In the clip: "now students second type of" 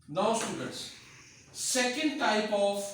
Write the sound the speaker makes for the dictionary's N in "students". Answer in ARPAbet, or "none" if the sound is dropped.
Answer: none